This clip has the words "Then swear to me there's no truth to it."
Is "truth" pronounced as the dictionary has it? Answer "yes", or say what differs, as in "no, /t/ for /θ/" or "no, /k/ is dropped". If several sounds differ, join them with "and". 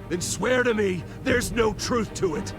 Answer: yes